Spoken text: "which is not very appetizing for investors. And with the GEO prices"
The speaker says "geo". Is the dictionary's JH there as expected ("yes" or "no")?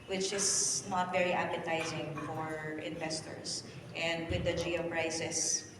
yes